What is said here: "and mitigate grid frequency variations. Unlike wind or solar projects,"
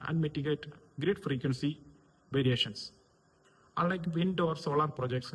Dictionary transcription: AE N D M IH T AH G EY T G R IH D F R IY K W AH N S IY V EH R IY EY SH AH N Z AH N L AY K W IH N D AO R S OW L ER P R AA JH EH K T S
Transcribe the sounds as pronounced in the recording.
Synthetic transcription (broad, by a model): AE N D M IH T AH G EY T G R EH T F R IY K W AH N S IY V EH R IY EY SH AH N S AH L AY K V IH N D AO R S OW L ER P R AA JH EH K T S